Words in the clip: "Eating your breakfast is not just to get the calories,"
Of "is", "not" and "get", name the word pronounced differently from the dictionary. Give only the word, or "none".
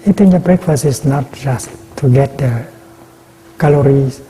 is